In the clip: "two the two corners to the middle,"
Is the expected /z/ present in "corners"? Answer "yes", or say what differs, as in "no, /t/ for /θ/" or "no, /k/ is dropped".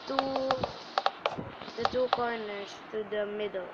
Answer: no, /s/ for /z/